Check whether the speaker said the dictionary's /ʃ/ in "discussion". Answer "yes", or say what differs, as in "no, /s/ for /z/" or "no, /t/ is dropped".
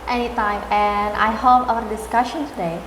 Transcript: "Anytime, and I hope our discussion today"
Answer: yes